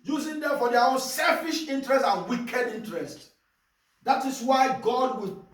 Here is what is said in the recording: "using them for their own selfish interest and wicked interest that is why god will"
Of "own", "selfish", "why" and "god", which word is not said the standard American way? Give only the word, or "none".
none